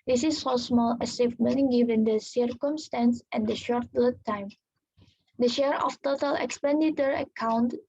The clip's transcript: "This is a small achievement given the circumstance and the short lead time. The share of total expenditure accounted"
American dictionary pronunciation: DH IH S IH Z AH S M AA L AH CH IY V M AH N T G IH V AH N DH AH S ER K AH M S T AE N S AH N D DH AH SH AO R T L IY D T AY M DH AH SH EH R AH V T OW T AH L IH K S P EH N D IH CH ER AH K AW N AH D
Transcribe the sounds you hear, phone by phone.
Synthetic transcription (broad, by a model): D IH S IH S AH S M AA L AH S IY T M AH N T G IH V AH N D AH S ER K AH M S T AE N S AH N D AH SH AO R T L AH T AY M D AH SH EH R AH F T OW T AH L IH K S P EH N D IH CH ER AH K AW N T